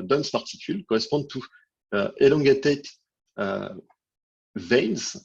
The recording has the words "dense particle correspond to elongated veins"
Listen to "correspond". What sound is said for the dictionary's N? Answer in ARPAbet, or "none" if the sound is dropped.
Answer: none